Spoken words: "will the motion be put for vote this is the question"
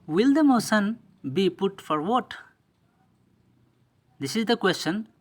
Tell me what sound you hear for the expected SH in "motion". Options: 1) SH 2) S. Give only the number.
2